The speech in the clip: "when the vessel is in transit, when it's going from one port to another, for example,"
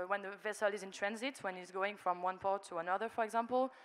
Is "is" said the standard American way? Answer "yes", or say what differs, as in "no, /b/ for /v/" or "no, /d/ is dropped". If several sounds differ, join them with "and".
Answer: yes